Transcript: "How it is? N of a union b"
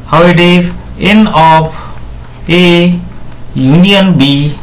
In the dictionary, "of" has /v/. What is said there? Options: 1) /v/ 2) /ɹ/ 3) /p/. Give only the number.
3